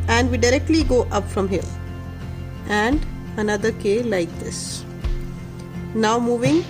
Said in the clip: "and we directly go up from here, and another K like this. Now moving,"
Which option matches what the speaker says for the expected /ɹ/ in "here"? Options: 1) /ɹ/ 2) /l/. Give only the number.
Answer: 2